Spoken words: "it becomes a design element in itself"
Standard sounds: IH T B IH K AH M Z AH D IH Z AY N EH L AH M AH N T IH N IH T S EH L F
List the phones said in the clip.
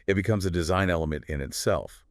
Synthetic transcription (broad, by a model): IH T B IH K AH M Z AH D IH Z AY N EH L AH M AH N T IH N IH T S EH L F